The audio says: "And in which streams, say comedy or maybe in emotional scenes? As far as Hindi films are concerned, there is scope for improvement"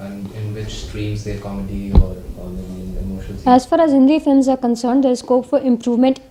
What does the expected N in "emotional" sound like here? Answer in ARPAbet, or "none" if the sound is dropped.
none